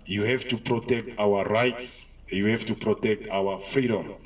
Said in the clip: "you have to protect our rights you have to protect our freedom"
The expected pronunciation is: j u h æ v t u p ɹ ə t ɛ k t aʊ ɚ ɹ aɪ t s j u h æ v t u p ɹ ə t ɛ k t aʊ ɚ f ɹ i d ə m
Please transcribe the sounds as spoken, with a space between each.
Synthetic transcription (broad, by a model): j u h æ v t u p ɹ ə t ɛ k t aʊ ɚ ɹ aɪ t s j u h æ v t u p ɹ ə t ɛ k t aʊ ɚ f ɹ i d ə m